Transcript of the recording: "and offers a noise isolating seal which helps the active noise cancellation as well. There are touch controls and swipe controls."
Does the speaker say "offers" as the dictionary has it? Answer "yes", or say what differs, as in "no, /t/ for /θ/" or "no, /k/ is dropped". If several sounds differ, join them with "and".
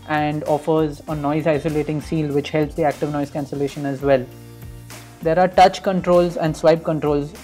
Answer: yes